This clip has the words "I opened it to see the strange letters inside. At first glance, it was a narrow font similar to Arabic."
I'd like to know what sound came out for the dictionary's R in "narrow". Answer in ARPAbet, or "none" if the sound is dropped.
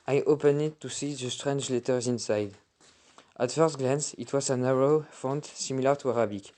R